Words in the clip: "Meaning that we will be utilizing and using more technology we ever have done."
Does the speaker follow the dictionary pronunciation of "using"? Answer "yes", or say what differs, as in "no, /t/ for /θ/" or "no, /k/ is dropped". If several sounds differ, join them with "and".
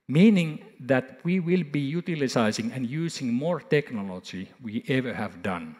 no, /s/ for /z/